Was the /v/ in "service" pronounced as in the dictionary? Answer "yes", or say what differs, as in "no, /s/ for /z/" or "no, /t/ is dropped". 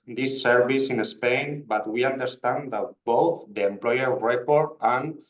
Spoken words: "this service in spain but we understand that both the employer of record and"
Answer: no, /b/ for /v/